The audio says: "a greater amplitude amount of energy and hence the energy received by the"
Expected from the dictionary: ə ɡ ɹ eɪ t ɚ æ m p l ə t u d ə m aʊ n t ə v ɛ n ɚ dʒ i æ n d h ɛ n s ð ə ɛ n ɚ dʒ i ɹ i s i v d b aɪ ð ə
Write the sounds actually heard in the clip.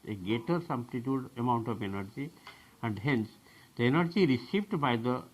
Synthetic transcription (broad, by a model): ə ɡ eɪ t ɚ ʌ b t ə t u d ə m aʊ n t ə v ɛ n ɚ dʒ i æ n d h ɛ n s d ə ɛ n ɚ dʒ i ɹ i s i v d b aɪ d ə